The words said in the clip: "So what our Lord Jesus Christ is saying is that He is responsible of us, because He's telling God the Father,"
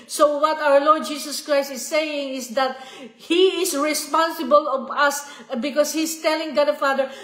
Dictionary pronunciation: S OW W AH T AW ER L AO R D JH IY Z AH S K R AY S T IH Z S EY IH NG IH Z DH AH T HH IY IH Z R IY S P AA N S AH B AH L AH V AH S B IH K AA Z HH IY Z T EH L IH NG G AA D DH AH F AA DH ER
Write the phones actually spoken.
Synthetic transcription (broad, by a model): S OW W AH T AW ER L AO R D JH IY S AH S K R AY S T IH S EY IH NG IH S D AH T HH IY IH S R IY S P AA N S AH B AH L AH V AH S B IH K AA S HH IY S T EH L IH NG G AA D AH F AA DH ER